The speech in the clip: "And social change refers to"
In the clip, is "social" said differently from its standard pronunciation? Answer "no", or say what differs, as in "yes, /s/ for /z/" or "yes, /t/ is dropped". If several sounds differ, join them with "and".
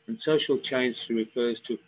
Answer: no